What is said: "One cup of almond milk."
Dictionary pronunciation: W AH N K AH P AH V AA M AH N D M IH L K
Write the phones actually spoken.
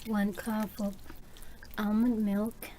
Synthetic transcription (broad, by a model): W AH N K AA F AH P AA M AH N M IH L K